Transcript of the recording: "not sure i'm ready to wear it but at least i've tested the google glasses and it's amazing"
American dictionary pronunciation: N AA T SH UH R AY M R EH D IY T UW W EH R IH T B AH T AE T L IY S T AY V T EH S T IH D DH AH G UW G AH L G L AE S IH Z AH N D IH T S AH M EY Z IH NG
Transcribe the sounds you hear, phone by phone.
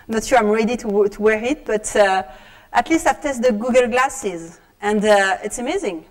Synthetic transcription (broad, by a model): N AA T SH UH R AY M R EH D IY T UW W EH R IH T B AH T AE T L IY S T AY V T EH S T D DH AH G UW G AH L G L AE S IH Z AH N D IH T S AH M EY Z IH NG